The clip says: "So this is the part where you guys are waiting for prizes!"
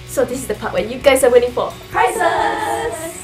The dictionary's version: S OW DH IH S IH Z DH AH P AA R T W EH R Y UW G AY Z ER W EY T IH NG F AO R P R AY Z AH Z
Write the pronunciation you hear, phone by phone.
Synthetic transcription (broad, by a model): S OW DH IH S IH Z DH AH P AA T W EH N Y UW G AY S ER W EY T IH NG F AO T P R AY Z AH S